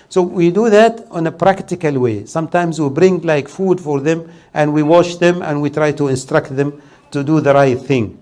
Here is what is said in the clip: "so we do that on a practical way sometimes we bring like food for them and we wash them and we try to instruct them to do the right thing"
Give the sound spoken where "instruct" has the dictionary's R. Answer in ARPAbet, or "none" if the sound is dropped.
R